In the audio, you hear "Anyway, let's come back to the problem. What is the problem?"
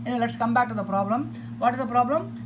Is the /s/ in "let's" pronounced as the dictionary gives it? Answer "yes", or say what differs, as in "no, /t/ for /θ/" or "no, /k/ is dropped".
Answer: yes